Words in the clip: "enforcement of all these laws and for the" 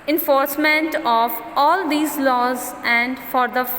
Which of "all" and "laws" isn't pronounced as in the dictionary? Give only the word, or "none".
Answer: none